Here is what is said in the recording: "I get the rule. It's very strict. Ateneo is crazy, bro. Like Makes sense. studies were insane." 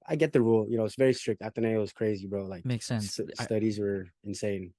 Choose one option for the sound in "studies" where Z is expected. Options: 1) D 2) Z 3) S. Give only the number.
2